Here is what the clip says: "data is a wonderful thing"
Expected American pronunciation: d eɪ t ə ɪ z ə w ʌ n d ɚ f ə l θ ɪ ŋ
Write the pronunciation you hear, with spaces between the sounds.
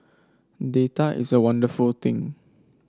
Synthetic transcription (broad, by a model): d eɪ t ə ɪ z ə w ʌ n d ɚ f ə l t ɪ ŋ